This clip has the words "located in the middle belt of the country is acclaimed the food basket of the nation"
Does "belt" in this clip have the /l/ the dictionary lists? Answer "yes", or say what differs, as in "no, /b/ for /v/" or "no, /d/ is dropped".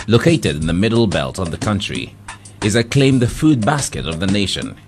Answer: yes